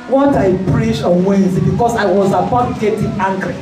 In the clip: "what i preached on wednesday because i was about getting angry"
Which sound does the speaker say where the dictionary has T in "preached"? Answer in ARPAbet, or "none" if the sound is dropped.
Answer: none